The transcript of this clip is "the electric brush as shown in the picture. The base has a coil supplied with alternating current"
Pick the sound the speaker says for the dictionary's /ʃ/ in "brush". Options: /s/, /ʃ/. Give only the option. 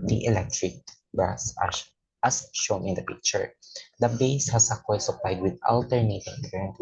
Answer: /s/